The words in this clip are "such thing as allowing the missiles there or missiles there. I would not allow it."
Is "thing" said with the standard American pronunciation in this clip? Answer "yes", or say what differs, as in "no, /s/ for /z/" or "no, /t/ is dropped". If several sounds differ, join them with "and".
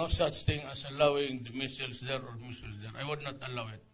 no, /t/ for /θ/